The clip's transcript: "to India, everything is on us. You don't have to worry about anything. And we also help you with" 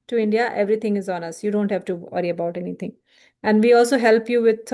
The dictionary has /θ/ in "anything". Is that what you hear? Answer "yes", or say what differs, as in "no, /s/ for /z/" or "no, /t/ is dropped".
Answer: no, /t/ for /θ/